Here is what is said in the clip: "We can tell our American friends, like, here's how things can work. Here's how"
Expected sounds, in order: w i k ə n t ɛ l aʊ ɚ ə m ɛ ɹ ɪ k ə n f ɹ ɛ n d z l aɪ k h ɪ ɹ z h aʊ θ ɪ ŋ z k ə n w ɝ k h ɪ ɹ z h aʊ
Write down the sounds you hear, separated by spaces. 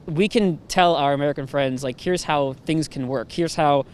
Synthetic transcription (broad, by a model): w i k ə n t ɛ l aʊ ɚ ə m ɛ ɹ ɪ k ə n f ɹ ɛ n d z l aɪ k h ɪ ɹ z h aʊ θ ɪ ŋ z k ə n w ɝ k h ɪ ɹ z h aʊ